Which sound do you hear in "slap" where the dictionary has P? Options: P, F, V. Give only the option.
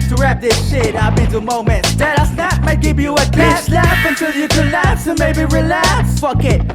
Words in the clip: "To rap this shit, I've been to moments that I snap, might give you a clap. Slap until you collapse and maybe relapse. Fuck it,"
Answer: F